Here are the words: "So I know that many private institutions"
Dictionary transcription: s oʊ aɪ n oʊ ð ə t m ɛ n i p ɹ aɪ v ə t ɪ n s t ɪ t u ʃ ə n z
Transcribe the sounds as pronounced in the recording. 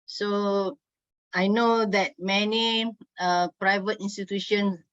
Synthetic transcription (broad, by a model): s oʊ aɪ n oʊ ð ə t m ɛ n i p ɹ aɪ v ə t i n s t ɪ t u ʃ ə n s